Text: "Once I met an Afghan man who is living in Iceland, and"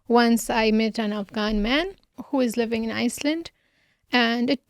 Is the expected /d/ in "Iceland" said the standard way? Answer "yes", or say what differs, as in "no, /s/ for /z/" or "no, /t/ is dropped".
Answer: yes